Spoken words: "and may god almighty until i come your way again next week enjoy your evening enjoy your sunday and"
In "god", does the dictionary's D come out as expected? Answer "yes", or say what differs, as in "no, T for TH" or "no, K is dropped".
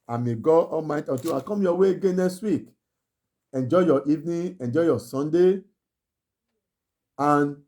no, D is dropped